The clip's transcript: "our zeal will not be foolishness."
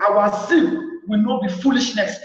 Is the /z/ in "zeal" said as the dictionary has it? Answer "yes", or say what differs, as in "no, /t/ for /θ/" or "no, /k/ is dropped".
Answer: no, /s/ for /z/